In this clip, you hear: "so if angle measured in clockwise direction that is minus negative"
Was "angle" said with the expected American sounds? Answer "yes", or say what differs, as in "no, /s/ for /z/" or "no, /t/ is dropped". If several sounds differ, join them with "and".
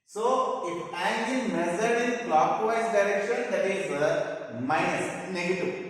no, /n/ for /l/